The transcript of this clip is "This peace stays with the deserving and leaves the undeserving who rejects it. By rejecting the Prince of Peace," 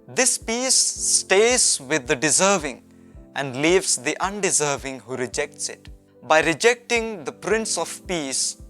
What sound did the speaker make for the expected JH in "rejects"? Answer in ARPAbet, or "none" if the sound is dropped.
JH